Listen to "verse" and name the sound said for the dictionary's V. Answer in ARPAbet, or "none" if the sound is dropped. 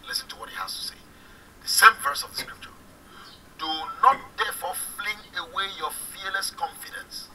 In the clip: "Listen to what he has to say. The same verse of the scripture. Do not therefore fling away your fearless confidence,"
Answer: V